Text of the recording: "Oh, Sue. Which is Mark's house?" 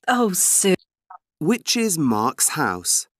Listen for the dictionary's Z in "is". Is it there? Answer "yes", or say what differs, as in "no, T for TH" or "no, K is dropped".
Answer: yes